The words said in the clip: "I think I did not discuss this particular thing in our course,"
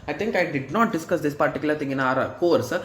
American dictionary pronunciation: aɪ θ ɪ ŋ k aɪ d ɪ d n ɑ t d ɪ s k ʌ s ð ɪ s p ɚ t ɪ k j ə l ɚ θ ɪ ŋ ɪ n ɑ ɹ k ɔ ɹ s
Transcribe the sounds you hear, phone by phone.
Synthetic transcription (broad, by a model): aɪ t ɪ ŋ k aɪ d ɪ d n ɑ t d ɪ s k ʌ s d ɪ s p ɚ t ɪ k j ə l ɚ t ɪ ŋ ɪ n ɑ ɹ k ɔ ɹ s